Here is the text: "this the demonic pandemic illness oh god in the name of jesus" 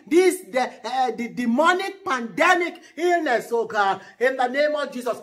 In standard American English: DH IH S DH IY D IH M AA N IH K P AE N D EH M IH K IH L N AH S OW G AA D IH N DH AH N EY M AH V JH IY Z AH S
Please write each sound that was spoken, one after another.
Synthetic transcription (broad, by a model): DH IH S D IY D IH M AA N IH K P AE N D EH M IH K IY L N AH S OW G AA IH N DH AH N EY M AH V JH IY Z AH S